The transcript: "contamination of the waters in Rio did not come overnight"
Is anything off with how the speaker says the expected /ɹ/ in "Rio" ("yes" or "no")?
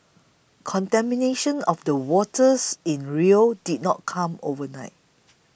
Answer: no